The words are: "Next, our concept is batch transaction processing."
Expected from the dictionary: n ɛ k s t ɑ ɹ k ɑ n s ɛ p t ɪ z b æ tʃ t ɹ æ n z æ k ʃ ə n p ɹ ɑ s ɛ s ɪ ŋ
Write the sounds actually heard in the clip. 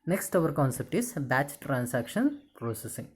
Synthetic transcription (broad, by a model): n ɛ k s t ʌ ɹ k ɑ n s ɛ p t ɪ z b æ tʃ t ɹ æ n s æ k ʃ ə n p ɹ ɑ s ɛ s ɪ ŋ